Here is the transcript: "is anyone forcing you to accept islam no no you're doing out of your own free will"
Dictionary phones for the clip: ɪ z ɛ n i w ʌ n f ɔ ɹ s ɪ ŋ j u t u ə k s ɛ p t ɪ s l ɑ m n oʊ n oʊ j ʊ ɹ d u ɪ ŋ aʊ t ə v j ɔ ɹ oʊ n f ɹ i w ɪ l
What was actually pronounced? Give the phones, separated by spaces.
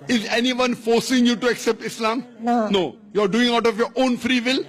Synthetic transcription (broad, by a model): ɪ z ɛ n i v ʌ n f ɔ ɹ s ɪ ŋ j u t u ə k s ɛ p t ɪ s l ɑ m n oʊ n oʊ j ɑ ɹ d u ɪ ŋ aʊ t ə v j ɔ ɹ oʊ n f ɹ i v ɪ l